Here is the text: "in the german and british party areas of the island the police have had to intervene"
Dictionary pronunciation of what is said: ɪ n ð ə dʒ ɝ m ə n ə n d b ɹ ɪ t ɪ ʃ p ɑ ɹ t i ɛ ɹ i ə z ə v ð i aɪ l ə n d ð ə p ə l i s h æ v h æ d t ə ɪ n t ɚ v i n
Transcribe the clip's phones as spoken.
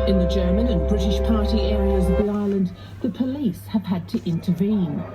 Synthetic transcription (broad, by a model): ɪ n ð ə dʒ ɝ m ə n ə n b ɹ ɪ t ɪ ʃ p ɑ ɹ t i ɛ ɹ i ə z ə v ð i aɪ l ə n ð ə p ə l i s h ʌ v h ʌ d t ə ɪ n t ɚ v i n